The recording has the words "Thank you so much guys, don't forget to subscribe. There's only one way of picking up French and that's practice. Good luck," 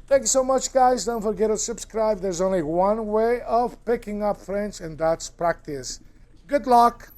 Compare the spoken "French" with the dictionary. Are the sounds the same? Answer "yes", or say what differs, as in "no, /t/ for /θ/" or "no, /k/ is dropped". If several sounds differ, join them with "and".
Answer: no, /s/ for /tʃ/